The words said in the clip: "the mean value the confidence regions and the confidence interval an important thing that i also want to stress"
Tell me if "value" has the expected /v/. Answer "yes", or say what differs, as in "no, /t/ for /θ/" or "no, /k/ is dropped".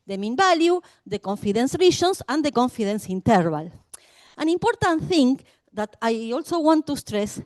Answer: no, /b/ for /v/